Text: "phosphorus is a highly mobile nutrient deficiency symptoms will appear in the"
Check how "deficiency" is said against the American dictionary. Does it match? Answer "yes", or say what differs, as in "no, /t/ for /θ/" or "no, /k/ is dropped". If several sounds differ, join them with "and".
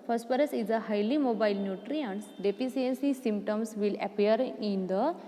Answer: no, /s/ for /ʃ/